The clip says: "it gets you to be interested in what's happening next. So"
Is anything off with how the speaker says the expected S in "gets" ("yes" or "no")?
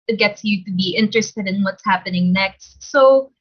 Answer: no